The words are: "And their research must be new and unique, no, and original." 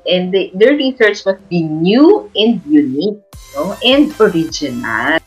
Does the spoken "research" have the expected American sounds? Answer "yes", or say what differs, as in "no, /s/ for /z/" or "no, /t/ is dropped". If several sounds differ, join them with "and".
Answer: yes